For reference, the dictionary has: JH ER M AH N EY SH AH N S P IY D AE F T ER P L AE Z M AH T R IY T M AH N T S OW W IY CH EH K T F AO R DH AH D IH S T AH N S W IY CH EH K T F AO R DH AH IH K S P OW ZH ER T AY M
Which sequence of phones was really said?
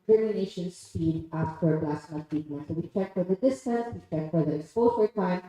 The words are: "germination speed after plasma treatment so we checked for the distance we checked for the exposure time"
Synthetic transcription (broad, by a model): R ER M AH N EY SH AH N S P IY D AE F T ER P L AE S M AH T IY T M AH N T S OW W IY CH EH K F AO R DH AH D IH S T AH N S W IY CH EH K F AO R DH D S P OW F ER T AY M